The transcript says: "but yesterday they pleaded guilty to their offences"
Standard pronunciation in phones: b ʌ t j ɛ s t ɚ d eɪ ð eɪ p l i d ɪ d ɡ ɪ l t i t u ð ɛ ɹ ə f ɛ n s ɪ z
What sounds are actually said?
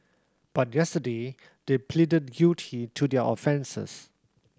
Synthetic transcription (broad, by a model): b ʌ t j ɛ s t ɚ d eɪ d eɪ p l i d ɪ d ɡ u t i t u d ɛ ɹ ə f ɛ n s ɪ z